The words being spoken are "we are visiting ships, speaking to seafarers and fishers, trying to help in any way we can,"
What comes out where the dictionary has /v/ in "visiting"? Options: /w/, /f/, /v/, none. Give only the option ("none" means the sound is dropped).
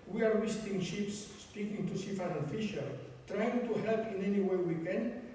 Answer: /w/